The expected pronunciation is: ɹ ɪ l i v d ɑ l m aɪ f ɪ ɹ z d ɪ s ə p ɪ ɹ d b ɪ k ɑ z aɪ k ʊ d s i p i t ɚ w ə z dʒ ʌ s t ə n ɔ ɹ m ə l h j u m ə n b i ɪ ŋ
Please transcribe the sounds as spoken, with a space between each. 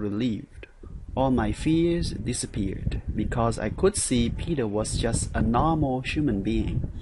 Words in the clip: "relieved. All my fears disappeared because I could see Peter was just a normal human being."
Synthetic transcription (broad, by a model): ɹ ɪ l i v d ɑ l m aɪ f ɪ ɹ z d ɪ s ə p ɪ ɹ d b ɪ k ɑ z aɪ k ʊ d s i p i t ɚ w ə z dʒ ʌ s t ə n ɔ ɹ m l h j u m ə n b i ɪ ŋ